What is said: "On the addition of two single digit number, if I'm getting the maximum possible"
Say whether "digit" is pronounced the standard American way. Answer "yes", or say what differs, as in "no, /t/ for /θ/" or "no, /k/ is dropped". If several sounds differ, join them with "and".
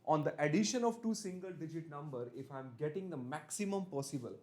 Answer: yes